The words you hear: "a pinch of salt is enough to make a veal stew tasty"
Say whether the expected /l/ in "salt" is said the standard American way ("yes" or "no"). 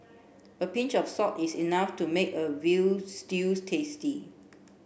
no